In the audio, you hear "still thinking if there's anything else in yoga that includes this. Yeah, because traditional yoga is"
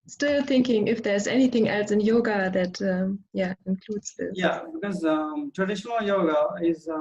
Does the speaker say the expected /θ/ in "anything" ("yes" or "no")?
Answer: yes